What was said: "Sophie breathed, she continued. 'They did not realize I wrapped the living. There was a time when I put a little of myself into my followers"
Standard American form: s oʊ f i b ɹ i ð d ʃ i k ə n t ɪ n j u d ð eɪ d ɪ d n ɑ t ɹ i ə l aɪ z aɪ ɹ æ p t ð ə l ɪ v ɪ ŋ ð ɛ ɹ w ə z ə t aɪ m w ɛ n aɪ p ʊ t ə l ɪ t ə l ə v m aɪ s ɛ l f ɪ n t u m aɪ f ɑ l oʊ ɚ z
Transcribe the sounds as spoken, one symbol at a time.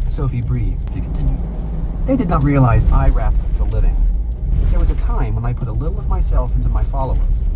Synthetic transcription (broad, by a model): s oʊ f i b ɹ i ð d ʃ i k n t ɪ n j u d ð eɪ d ɪ d n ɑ t ɹ i ə l aɪ z aɪ ɹ æ p t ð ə l ɪ v ɪ ŋ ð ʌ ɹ w ə z ə t aɪ m w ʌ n aɪ p ʊ t ə l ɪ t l ə v m aɪ s ɛ l f ɪ n t u m aɪ f ɑ l oʊ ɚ